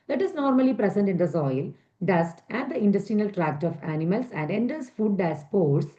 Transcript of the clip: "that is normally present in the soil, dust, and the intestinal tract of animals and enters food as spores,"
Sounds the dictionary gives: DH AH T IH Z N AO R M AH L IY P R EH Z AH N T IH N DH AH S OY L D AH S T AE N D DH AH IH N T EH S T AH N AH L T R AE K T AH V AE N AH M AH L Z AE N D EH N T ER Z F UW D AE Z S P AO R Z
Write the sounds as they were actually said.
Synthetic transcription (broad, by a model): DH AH T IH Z N AO R M AH L IY P R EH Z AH N T IH N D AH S OY L D AH S T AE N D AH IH N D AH S T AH N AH L T R AE K T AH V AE N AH M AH L S AE N D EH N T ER S F UW D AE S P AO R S